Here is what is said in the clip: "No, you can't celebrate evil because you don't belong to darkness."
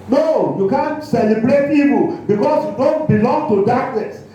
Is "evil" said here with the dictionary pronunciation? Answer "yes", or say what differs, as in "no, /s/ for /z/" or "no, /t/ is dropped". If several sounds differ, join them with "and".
no, /p/ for /v/